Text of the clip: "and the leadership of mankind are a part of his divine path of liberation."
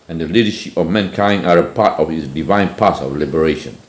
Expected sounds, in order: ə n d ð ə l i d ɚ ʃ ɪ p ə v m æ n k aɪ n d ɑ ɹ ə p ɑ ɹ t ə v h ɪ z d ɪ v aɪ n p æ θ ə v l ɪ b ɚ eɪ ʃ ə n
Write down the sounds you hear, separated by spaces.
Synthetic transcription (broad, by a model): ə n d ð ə l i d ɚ ʃ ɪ p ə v m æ n k aɪ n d ɑ ɹ ə p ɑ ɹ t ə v h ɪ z d ɪ v aɪ n p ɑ t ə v l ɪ b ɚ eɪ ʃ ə n